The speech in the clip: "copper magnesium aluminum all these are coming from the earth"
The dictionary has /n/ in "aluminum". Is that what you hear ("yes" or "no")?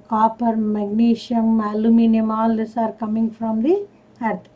yes